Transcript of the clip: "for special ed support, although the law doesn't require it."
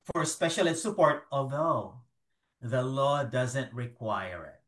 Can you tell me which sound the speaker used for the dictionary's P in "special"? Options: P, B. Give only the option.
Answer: P